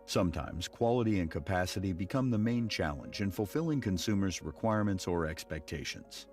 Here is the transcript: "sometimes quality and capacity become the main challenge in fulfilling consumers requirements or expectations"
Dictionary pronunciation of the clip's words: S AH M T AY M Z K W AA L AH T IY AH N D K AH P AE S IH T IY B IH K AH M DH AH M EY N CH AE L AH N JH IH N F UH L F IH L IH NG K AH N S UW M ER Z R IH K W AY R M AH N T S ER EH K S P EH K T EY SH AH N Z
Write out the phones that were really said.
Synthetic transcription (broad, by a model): S AH M T AY M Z K W AA L AH T IY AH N K AH P AE S IH T IY B IH K AH M DH AH M EY N CH AE L AH N JH IH N F L F IH L IH NG K AH N S UW M ER Z R IH K W AY R M AH N T S ER EH K S P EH K T EY SH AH N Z